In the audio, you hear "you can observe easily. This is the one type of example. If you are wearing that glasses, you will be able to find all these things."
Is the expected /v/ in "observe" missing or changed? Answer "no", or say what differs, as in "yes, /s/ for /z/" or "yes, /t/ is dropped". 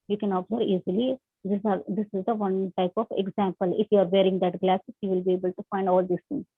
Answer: yes, /v/ is dropped